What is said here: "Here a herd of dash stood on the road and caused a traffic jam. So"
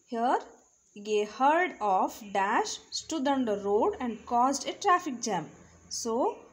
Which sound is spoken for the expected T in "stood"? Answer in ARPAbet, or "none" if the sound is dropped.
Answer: T